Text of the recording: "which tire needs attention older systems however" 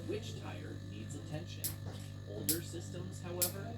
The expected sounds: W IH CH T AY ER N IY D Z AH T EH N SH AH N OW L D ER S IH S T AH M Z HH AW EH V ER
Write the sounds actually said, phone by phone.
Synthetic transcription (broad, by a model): W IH CH T AY ER N IY D Z AH T EH N SH AH N OW L D ER S IH S T AH M Z HH AW EH V ER